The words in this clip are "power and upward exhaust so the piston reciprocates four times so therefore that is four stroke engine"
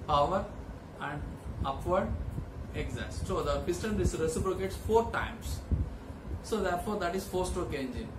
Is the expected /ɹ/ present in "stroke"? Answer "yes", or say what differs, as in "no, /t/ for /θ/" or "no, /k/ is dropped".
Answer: no, /ɹ/ is dropped